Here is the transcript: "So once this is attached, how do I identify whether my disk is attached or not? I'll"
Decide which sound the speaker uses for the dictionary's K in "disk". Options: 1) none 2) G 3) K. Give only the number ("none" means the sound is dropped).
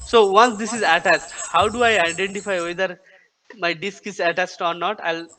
3